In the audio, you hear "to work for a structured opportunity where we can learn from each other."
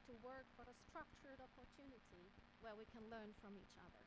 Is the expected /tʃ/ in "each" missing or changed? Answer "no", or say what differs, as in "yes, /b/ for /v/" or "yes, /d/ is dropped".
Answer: no